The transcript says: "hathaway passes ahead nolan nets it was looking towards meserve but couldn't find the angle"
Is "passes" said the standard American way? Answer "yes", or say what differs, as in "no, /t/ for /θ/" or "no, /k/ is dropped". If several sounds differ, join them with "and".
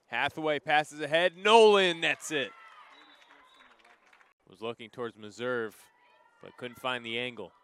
yes